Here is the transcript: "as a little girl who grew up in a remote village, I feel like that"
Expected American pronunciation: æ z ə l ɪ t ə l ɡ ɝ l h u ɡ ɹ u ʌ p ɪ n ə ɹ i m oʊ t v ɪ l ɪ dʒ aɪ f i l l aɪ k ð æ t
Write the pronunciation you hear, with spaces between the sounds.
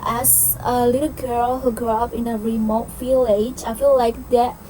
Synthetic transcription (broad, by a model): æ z ə l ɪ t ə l ɡ ɝ l h u ɡ ɹ u ʌ p ɪ n ə ɹ i m oʊ t f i l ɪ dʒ aɪ f i l l aɪ k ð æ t